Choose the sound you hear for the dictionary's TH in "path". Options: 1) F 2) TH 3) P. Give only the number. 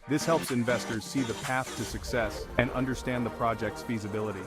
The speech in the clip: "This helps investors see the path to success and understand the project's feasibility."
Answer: 2